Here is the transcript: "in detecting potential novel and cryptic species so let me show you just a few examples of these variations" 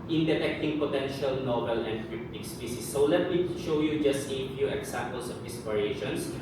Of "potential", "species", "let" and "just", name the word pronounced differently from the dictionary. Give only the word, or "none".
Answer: species